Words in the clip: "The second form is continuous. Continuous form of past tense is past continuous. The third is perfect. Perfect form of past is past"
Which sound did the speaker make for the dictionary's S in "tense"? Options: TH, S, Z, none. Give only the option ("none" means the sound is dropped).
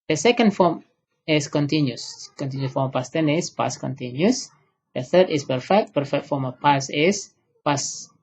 none